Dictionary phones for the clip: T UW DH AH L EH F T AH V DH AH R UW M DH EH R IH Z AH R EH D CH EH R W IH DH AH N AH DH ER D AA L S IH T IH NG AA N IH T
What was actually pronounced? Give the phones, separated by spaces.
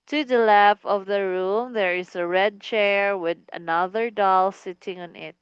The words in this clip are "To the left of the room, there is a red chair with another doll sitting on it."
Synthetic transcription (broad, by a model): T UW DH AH L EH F AH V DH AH R UW M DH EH R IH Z AH R EH D CH EH R W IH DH AH N AH DH ER D AA L S IH T IH NG AA N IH T